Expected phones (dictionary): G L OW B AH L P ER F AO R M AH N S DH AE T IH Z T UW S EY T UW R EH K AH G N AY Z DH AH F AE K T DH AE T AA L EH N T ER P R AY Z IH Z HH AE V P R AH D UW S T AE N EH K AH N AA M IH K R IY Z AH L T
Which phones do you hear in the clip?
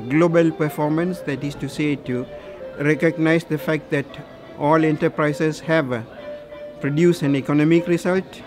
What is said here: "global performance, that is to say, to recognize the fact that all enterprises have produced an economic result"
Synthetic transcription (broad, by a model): G L OW B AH L P ER F AO R M AH N S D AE T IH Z T UW S EY T UW R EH K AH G N AY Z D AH F AE K T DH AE T AA L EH N T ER P R AY S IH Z HH AE V P R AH D UW S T AE N EH K AH N AA M IH K R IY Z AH L T